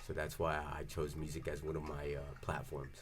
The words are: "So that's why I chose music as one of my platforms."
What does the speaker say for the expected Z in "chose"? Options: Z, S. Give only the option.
Z